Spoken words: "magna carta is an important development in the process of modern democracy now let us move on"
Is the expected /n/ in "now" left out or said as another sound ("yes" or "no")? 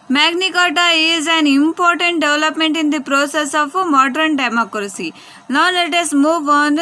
yes